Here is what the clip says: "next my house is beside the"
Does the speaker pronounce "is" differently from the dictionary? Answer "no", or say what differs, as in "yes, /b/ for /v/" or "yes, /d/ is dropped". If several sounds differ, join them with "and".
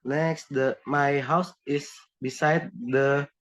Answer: yes, /s/ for /z/